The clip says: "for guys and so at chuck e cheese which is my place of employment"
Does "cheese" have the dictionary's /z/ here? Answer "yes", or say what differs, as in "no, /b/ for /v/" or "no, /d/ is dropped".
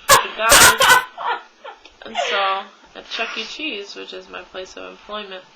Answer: yes